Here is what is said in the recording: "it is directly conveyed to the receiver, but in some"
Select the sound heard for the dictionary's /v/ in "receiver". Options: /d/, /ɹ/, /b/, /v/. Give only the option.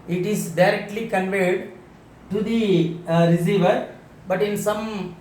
/v/